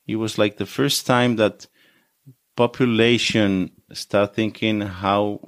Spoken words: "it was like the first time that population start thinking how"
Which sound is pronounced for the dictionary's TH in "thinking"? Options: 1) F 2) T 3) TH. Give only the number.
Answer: 3